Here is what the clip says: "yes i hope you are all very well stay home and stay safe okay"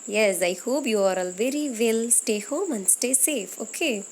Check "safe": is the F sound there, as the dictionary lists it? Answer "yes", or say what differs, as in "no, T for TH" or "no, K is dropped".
yes